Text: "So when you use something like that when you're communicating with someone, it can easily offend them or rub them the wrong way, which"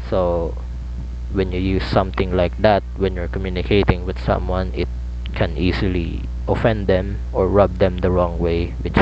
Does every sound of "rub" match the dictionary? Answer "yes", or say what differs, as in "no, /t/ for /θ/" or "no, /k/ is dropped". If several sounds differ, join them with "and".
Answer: yes